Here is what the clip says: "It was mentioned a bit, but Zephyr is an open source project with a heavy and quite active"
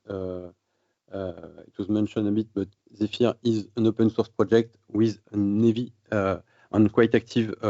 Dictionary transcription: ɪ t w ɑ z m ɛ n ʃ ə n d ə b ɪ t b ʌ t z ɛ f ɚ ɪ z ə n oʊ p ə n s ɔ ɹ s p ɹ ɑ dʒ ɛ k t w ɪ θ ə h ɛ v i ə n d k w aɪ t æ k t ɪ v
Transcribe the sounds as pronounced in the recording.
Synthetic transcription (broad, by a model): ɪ t w ɑ z m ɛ n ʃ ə n ə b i t b ʌ t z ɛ f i ɪ z ə n oʊ p ə n s ɔ ɹ s p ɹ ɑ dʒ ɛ k t w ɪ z ə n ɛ v i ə n k w aɪ t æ k t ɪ v